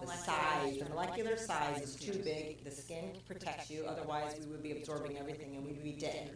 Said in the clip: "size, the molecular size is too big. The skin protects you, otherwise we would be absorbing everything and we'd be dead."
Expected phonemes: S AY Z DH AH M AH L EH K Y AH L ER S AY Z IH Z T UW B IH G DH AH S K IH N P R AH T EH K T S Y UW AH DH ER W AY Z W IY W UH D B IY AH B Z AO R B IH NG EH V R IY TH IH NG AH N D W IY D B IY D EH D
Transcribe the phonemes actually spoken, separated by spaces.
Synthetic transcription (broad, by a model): S AY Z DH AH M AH L EH K Y L ER S AY Z IH Z T UW B IH G DH AH S K IH N P R AH T EH K T S Y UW AH DH ER W AY Z W IY W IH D B IY AH B Z AO R B IH NG EH V R IY TH IH NG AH N W IY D B IY D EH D